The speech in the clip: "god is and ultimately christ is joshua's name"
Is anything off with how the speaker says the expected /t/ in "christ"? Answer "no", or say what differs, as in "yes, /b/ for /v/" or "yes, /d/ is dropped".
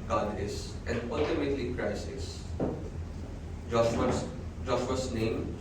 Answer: yes, /t/ is dropped